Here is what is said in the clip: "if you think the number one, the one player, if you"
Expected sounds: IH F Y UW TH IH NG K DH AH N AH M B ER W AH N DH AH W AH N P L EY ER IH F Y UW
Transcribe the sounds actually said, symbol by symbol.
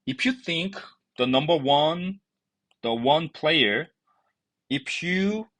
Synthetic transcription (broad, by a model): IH F Y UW TH IH NG K DH AH N AH M B ER W AH N DH AH W AH N P L EY ER IH F Y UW